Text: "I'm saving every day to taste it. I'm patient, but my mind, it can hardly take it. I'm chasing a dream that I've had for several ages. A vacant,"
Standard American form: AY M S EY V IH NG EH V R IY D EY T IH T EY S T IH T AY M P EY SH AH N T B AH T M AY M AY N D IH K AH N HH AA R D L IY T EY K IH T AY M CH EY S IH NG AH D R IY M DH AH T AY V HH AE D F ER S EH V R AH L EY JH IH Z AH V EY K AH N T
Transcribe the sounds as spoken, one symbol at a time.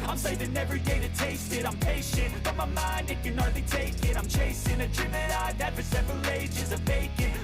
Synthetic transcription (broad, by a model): AY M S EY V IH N EH V R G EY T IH T EY S T IH T AY M P EY SH AH N T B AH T M AY M AY N D IH K AH N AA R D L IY T EY K IH T AY M CH EY S IH NG AH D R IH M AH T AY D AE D F ER S EH V R AH L EY JH IH Z AH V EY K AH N